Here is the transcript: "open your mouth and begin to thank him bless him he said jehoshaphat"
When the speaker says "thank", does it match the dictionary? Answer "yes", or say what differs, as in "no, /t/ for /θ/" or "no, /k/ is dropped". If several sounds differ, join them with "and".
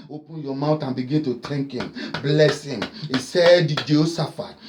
no, /t/ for /θ/